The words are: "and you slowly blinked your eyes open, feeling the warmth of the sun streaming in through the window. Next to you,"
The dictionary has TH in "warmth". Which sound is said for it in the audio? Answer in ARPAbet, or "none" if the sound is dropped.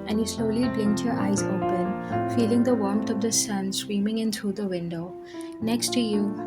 T